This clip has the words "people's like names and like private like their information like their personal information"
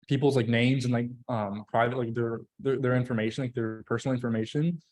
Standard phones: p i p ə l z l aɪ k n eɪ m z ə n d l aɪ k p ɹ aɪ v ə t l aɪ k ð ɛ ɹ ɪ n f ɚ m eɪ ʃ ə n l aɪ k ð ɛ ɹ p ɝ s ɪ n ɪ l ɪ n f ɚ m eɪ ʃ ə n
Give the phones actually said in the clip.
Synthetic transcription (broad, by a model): p i p l z l aɪ k n eɪ m z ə n l aɪ k p ɹ aɪ v ə t l aɪ k ð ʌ ɹ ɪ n f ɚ m eɪ ʃ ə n l aɪ k ð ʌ ɹ p ɝ s n l ɪ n f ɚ m eɪ ʃ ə n